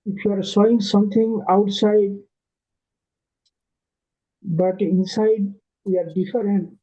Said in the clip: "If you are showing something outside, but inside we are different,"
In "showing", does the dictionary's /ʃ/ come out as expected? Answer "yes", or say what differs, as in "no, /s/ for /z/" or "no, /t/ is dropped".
no, /s/ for /ʃ/